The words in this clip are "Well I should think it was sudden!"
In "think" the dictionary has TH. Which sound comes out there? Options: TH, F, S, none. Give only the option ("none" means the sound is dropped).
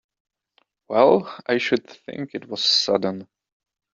TH